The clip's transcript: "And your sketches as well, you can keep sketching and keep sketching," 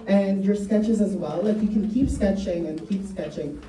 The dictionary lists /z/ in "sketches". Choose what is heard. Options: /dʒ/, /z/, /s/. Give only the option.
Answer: /z/